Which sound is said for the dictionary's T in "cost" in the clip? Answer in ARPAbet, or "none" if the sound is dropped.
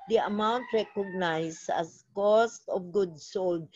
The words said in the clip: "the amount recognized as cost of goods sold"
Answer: T